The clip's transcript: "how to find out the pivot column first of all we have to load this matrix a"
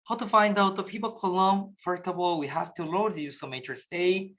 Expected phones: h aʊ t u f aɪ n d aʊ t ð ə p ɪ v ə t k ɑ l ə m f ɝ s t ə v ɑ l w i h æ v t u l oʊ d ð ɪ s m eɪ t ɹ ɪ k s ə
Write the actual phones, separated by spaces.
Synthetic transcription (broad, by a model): h aʊ t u f aɪ n d aʊ t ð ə p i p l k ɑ l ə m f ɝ t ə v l w i h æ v t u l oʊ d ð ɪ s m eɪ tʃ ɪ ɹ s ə